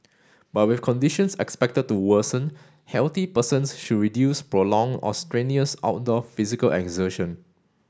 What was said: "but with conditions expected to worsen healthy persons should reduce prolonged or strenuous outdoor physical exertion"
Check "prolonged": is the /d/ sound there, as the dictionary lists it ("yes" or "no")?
no